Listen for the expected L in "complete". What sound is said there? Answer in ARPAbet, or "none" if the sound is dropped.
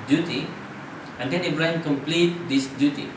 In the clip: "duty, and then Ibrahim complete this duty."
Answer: L